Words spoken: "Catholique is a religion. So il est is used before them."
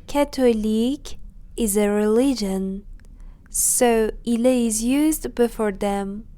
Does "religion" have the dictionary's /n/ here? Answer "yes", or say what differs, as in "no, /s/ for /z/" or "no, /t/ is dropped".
yes